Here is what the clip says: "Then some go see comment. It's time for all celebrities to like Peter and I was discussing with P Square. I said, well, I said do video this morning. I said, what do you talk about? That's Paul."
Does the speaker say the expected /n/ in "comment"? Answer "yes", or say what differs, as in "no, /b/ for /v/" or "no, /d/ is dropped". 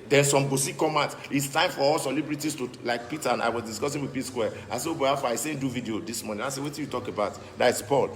no, /n/ is dropped